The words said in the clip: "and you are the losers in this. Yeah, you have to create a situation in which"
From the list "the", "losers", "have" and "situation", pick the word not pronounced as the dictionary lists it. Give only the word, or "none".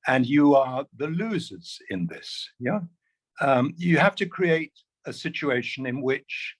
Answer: have